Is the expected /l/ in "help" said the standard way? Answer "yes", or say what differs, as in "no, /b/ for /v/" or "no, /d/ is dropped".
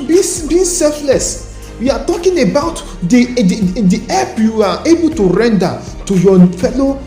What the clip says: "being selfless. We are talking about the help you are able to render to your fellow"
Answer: no, /l/ is dropped